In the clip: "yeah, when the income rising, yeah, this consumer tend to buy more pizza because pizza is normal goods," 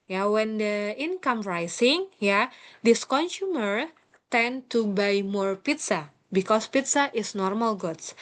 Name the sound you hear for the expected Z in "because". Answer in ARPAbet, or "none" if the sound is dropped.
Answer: S